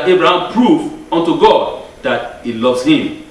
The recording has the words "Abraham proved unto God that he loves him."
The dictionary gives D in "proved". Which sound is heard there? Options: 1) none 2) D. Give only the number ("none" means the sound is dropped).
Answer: 1